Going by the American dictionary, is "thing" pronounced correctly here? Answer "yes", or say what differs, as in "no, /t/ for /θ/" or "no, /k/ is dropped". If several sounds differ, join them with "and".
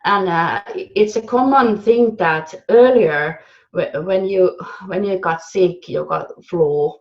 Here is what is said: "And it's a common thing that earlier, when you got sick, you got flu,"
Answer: yes